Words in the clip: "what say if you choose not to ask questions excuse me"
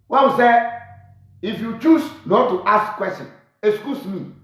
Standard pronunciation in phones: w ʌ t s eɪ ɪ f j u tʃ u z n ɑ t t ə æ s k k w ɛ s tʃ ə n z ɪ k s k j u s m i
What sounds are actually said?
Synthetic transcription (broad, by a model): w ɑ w s eɪ ɪ f j u tʃ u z n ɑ t t ə s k k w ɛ s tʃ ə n ɪ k s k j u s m i